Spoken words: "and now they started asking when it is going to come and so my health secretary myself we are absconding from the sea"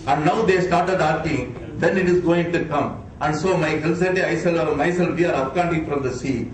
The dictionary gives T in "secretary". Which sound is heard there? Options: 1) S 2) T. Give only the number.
1